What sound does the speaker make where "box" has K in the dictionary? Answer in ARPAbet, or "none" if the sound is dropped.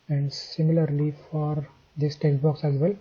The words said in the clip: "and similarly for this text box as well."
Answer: K